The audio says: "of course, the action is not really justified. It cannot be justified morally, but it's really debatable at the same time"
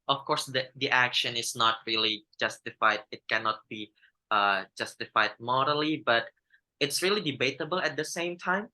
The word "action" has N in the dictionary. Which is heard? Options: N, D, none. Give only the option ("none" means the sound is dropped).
N